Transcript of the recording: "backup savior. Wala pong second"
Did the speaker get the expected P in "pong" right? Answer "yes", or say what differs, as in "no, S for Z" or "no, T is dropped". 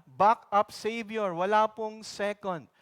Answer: yes